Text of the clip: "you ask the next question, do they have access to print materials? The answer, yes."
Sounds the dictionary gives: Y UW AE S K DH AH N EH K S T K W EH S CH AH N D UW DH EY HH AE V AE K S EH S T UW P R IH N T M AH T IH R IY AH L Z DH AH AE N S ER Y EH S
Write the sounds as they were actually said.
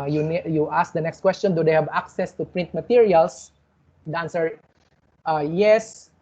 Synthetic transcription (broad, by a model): Y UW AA S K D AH N EH K S T K W EH S CH AH N D UW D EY HH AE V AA K S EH S T UW P R IH N T M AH T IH R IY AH L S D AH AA N S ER Y EH S